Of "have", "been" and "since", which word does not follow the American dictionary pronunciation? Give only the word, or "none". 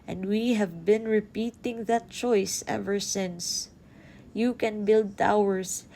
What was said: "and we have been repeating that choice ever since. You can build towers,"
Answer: none